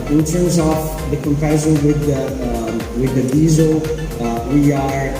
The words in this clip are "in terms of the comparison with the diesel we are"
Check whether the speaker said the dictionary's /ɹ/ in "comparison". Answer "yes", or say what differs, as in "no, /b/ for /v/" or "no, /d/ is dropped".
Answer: no, /ɹ/ is dropped